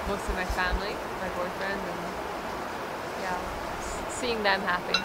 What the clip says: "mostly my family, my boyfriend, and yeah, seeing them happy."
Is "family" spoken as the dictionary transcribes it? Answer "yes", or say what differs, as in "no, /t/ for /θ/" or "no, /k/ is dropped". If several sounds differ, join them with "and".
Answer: yes